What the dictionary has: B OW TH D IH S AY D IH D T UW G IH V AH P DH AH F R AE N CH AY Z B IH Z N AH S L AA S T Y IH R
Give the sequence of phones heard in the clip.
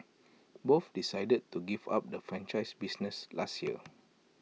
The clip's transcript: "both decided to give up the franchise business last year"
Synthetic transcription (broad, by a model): B OW F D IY S AY D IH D T UW G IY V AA P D AH F R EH N CH AY S B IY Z N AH S L AA S T Y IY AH